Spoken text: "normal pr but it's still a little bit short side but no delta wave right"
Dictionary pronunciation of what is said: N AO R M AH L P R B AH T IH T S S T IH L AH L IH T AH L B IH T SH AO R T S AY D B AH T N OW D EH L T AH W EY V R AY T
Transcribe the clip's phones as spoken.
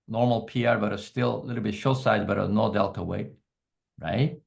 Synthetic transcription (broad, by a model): N AO R M L P R B AH T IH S S T IH L AH L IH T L B IH T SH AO S AY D B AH T N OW D EH L T AH W EY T R AY T